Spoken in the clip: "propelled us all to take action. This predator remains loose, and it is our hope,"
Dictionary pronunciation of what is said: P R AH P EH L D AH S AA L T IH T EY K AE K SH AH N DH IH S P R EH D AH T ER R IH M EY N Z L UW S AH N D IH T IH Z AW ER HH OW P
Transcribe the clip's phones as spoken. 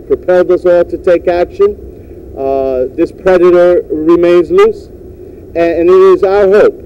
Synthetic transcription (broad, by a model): P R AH P EH L D AH S AA L T IH T EY K AE K SH AH N DH IH S P R EH D AH T ER R IH M EY N Z L UW S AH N IH T IH Z AW ER HH OW P